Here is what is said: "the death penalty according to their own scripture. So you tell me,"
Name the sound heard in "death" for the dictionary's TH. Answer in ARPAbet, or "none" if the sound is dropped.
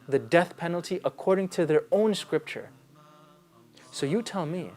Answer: TH